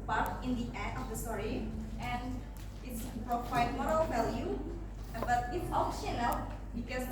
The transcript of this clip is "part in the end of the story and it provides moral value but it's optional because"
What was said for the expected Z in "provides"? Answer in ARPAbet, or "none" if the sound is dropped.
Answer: none